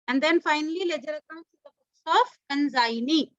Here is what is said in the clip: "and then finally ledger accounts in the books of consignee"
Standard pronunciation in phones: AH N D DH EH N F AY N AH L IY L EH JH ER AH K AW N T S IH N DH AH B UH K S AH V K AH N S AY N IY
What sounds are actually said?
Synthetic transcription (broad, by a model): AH N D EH N F AY N AH L IY L EH JH ER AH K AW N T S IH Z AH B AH S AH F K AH N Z AY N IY